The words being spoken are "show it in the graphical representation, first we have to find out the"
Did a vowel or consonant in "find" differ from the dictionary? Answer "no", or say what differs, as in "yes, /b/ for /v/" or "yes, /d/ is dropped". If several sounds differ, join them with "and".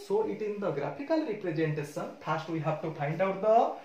yes, /p/ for /f/